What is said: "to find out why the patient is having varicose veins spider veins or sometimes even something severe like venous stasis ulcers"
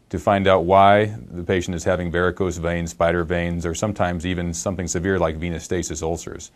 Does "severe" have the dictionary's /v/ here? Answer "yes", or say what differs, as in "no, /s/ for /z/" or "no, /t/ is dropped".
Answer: yes